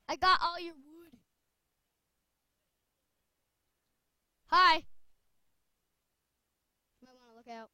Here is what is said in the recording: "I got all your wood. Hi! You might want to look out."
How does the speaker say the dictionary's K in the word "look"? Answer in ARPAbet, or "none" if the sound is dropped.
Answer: K